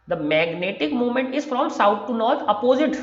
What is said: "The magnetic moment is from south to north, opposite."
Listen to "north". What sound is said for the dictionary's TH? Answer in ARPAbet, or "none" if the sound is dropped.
T